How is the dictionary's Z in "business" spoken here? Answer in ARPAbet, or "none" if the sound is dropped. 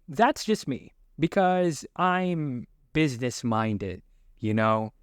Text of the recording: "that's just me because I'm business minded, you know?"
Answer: Z